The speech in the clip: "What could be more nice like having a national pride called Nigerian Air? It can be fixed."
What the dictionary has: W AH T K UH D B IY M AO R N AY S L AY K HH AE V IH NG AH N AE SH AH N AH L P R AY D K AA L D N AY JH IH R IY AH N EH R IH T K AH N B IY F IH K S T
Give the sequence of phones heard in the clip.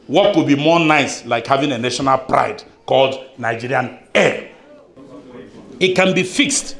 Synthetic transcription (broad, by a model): W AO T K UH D B IY M AO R N AY S L AY K HH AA V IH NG AH N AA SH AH N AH L P R AY D K AA L D N AY JH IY R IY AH N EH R IH T K AH N B IY F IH K S T